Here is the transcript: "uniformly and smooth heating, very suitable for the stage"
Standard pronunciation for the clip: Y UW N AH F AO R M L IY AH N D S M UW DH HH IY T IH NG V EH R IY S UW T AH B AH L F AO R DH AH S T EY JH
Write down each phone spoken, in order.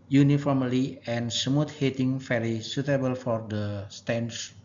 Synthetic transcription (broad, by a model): Y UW N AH F AO R M L IY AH N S M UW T HH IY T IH NG F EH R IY S UW T AH B AH L F AO R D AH S T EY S